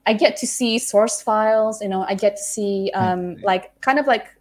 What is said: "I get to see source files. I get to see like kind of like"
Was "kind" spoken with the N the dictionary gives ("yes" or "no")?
yes